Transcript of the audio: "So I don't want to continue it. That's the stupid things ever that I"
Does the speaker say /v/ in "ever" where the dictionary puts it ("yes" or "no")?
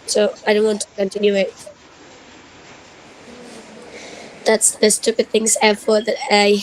no